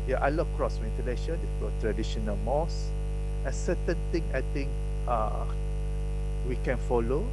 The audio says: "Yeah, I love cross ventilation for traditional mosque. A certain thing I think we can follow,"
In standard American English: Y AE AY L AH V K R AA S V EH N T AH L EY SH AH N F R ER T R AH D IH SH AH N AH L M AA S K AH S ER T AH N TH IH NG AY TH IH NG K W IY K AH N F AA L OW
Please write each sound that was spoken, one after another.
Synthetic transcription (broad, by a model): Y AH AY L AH K R AA S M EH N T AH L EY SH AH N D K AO T R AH D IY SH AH N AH L M AA S AH S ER T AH N T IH NG AY T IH NG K W IY K AH N F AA L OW